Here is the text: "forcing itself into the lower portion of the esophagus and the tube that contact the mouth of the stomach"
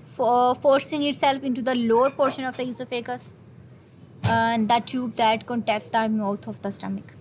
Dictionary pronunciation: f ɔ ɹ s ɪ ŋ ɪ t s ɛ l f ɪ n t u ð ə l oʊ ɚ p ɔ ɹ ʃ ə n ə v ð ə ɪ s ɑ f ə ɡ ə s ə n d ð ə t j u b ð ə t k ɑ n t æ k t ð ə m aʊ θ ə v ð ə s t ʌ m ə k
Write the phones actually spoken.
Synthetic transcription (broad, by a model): f ɔ ɹ s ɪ ŋ ɪ t s ɛ l f ɪ n t u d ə l oʊ ɚ p ɔ ɹ ʃ ə n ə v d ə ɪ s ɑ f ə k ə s ə n d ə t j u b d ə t k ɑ n t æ k t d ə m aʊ t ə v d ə s t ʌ m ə k